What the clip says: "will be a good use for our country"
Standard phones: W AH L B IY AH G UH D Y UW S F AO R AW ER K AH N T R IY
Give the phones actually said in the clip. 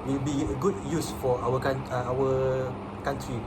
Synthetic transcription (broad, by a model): W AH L B IY AH G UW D Y UW S F AO W AW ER K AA N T R IY